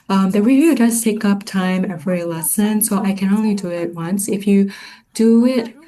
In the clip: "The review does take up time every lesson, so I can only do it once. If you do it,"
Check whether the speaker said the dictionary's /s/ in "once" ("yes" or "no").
yes